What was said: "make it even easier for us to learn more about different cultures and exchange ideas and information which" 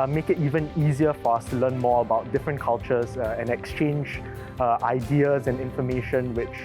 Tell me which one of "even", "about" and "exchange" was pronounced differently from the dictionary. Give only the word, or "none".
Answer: none